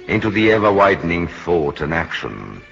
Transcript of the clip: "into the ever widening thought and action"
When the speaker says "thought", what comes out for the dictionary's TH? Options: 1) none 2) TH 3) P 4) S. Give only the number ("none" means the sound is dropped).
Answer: 2